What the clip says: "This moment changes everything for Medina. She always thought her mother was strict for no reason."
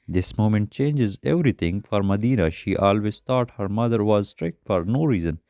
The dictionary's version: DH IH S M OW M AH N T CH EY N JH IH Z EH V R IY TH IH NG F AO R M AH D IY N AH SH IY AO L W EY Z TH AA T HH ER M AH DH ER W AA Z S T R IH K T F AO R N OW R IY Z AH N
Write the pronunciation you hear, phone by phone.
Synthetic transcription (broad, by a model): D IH S M OW M AH N T CH EY N JH IH Z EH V R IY T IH NG F AO R M AH D IY N AH SH IY AO L W EY Z T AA T HH ER M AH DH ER W AA Z S T R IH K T F AO R N OW R IY Z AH N